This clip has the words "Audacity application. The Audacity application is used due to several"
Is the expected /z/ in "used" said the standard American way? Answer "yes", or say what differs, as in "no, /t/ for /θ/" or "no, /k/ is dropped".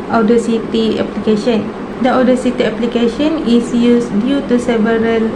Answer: no, /s/ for /z/